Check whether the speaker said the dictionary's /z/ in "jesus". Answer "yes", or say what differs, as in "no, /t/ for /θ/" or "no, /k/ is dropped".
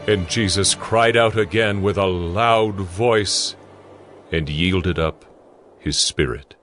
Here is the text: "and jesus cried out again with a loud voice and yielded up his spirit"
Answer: yes